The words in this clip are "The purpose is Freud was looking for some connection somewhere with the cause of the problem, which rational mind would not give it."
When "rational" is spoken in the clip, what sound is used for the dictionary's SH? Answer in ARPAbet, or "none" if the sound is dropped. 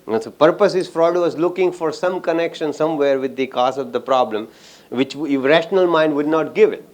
SH